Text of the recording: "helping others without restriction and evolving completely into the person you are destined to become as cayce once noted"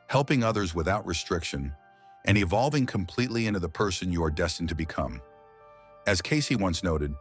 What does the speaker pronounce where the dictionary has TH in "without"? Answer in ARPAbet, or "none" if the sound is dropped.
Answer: TH